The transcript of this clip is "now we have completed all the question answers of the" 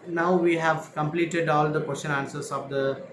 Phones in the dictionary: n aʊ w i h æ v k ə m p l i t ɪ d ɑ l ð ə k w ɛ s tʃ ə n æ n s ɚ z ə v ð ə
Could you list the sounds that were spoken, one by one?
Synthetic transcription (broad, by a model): n aʊ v i h æ v k ə m p l i t ɪ d ɑ l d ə k w ɛ s tʃ ə n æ n s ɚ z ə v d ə